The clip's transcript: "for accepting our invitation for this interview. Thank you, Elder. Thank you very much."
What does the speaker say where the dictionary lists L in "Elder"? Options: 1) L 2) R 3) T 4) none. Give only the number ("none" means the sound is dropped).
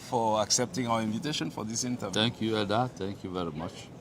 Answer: 4